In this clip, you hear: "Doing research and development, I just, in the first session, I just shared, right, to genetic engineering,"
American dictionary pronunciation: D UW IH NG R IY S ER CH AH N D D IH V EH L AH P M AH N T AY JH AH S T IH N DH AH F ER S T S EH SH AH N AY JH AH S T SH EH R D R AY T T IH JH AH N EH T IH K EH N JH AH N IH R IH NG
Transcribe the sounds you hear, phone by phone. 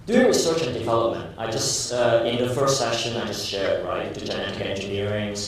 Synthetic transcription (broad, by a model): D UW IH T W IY S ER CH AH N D D IH V EH L AH P M AH N T AY JH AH S T IH N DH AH F ER S T S EH SH AH N AY JH AH S T SH EH R D R AY T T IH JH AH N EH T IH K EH N JH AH N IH R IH NG